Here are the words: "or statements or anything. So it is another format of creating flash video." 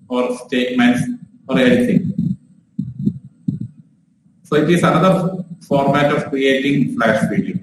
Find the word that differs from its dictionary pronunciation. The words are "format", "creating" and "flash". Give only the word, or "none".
flash